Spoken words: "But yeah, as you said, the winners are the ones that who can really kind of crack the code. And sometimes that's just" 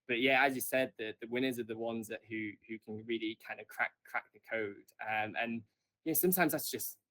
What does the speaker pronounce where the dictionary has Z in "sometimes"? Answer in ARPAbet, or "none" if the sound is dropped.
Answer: Z